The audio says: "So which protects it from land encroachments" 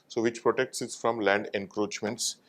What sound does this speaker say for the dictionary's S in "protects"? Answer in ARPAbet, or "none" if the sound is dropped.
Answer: S